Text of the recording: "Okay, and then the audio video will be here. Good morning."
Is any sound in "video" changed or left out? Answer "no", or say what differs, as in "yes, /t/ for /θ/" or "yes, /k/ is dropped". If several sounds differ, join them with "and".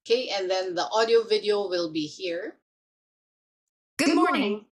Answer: no